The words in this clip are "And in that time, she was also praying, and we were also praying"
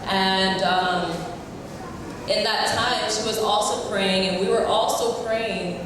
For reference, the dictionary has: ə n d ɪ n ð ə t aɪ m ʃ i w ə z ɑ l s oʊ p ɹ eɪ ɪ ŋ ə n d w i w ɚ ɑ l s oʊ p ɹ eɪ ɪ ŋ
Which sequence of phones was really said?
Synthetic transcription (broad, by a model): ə n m ɪ n ð ə t aɪ m ʃ i w ə z ɑ l s oʊ p ɹ eɪ ɪ ŋ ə n w i w ɚ ɑ l s oʊ p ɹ eɪ ɪ ŋ